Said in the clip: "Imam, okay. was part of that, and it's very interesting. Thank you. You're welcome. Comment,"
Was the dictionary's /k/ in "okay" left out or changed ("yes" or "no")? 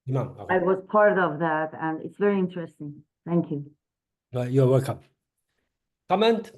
yes